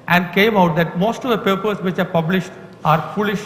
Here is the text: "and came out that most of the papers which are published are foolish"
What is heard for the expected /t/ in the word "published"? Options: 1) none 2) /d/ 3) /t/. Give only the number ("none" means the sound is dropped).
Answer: 3